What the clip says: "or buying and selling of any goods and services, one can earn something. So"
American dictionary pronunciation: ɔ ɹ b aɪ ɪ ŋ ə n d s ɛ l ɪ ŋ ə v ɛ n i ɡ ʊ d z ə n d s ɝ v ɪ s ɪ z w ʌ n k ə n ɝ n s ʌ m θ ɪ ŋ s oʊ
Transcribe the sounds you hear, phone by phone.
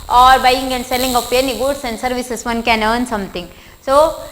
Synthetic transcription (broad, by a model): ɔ ɹ b aɪ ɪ ŋ ə n d s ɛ l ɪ ŋ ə p ɛ n i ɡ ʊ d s ə n d s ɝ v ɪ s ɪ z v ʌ n k ə n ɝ n s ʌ m t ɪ ŋ s oʊ